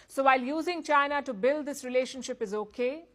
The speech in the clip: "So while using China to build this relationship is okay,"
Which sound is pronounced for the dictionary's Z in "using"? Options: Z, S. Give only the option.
Z